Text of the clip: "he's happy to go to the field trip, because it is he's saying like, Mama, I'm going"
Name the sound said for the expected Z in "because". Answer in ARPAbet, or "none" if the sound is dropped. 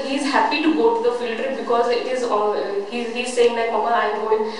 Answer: Z